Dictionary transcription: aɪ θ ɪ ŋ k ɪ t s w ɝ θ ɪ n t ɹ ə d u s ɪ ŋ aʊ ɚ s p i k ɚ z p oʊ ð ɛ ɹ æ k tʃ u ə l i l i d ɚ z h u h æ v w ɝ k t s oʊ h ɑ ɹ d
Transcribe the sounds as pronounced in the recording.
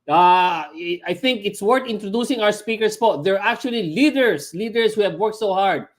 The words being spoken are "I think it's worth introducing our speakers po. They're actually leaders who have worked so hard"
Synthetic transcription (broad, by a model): aɪ θ ɪ ŋ k ɪ t s w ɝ t ɪ n t ɹ ə d u s ɪ ŋ aʊ ɚ s p i k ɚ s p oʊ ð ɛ ɹ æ k tʃ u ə l i l i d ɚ s h u h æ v w ɝ k t s oʊ h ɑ ɹ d